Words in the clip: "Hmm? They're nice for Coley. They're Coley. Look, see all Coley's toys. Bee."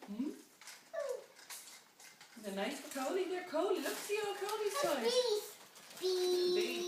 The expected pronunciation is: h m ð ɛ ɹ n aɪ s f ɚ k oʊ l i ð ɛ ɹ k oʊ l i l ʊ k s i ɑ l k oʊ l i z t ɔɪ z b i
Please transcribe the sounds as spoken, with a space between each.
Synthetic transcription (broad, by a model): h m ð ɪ n aɪ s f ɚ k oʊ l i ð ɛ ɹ k oʊ l i l ʊ k s i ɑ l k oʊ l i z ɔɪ b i